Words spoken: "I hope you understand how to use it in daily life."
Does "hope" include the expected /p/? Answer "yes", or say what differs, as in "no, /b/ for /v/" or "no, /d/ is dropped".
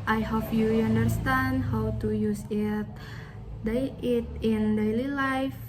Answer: no, /f/ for /p/